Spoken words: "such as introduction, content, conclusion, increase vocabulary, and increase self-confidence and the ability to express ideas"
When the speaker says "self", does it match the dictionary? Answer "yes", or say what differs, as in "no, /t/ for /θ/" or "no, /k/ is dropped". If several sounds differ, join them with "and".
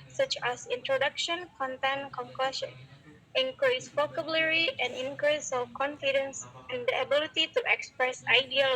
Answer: no, /l/ is dropped